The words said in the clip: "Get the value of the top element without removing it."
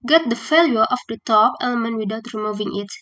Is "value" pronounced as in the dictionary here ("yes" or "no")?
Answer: no